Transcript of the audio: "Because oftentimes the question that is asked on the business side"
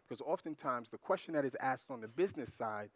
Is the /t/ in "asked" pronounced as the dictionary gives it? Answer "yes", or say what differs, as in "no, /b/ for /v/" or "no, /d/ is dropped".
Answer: yes